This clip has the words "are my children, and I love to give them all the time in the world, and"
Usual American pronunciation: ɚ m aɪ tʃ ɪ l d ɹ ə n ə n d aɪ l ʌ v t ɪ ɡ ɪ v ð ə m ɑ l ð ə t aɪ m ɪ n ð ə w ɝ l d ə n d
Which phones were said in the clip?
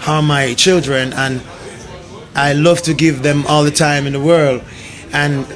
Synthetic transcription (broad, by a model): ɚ m aɪ tʃ ɪ l d ɹ ə n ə n aɪ l ʌ v t ɪ ɡ ɪ v ð ə m ɑ l ð ə t aɪ m ɪ n ð ə w ɝ l d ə n